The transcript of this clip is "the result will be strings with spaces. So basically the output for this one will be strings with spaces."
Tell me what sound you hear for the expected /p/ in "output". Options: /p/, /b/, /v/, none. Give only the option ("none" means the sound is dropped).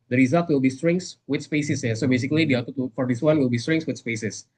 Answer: none